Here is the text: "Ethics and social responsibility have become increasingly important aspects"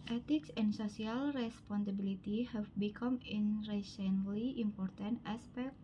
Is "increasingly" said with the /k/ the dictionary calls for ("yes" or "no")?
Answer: no